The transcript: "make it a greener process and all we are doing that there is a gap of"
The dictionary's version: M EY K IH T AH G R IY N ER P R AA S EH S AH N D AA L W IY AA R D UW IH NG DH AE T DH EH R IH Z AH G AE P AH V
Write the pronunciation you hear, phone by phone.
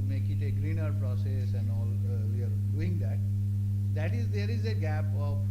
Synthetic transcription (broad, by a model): M EY K IH T AH G R IY N ER P R AA S EH S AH N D AA L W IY AA R D UW IH NG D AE T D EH R IH Z AH G AE P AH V